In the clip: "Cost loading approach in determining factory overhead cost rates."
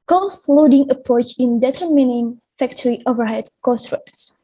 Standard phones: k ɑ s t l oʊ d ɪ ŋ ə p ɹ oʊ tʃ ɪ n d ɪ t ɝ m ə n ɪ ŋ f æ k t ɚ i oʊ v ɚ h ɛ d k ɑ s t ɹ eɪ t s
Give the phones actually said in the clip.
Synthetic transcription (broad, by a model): k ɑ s l oʊ d ɪ ŋ ə p ɹ oʊ tʃ ɪ n d ɪ t ɝ m ə n ɪ ŋ f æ k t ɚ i oʊ v ɚ h ɛ d k ɑ s t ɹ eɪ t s